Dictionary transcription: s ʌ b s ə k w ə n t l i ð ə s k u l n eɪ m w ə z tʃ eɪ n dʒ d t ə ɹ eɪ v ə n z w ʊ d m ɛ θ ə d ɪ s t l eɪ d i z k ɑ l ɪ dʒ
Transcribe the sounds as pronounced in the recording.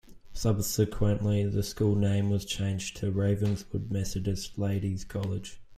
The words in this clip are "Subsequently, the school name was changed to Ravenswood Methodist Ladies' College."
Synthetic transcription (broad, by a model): s ʌ b s ə k w ə n t l i ð ə s k u l n eɪ m w ə z tʃ eɪ n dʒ t ə ɹ eɪ v ə n z w ʊ d m ɛ s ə d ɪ s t l eɪ d i z k ɑ l ɪ dʒ